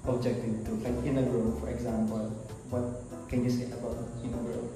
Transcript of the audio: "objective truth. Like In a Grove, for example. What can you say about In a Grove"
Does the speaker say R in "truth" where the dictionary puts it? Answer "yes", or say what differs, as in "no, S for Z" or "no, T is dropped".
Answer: no, R is dropped